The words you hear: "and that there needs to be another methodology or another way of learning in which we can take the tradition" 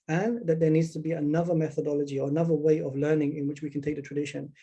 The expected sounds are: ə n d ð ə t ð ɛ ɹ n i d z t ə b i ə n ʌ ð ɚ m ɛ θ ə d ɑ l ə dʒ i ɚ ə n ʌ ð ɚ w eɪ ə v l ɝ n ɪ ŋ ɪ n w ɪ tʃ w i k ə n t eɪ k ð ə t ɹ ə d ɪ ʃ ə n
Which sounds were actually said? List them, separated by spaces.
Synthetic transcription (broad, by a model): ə n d ð ə t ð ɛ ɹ n i d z t ə b i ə n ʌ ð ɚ m ɛ θ ə d ɑ l ə dʒ i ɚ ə n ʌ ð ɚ w eɪ ə v l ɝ n ɪ ŋ ɪ n w ɪ tʃ w i k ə n t eɪ k ð ə t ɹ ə d ɪ ʃ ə n